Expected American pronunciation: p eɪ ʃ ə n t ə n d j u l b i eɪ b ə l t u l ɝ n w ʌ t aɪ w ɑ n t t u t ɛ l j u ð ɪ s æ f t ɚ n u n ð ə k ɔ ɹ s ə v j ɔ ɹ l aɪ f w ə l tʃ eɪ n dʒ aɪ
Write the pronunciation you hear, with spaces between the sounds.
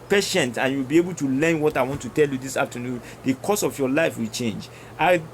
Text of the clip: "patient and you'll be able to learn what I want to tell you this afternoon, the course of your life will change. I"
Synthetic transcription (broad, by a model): p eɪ ʃ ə n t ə n j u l b i eɪ b ə l t u l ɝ n w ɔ t aɪ w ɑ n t t u t ɛ l j u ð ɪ s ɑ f t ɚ n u n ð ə k ɔ s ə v j ɔ l aɪ f w ə l tʃ eɪ n dʒ aɪ